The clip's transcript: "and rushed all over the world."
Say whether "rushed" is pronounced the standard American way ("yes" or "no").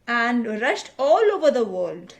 yes